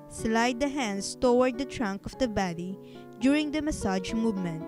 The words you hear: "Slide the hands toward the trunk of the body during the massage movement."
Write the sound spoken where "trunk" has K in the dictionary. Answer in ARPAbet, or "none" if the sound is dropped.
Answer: K